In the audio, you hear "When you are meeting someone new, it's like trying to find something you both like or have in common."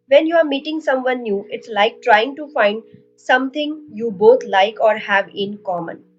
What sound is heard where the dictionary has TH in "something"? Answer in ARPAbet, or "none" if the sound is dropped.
T